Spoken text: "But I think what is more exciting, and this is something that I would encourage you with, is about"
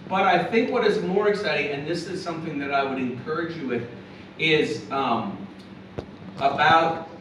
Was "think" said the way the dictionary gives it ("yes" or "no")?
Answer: yes